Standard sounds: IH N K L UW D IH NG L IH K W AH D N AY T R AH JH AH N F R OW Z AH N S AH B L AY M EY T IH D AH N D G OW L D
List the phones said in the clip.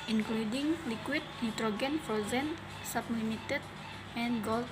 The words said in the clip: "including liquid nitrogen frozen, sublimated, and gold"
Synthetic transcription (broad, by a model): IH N K L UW D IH NG L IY K W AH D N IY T R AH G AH N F OW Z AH N S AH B L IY M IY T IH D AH N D G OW L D